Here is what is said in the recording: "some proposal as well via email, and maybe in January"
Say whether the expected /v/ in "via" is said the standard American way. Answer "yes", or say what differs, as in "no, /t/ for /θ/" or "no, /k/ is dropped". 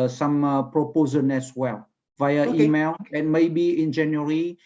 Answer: yes